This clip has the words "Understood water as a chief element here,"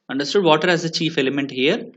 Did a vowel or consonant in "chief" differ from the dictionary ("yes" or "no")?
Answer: no